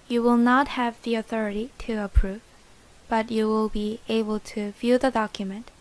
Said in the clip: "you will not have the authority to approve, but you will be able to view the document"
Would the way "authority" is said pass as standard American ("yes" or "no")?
yes